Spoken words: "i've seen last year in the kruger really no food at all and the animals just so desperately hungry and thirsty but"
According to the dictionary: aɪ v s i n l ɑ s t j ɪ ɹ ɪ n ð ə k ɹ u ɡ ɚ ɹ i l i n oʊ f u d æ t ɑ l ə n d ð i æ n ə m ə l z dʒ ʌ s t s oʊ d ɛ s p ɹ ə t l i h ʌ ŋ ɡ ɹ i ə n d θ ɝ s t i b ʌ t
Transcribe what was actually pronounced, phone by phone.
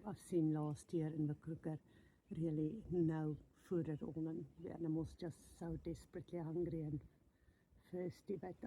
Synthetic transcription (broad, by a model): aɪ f s i n l ɑ s t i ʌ ɹ ɪ n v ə k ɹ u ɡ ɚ ɹ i l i n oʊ f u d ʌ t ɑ n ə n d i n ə m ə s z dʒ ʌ s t s oʊ d ɛ s p ɹ ə t l i h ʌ ŋ ɡ ɹ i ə n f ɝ s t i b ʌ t